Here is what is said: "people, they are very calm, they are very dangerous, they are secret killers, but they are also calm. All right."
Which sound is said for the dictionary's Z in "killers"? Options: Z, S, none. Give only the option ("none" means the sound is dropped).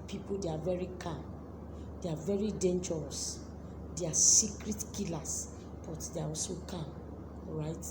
S